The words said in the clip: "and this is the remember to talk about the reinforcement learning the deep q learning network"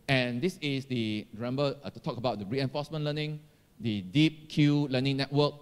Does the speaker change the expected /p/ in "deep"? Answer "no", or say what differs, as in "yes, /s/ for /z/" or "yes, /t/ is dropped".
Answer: no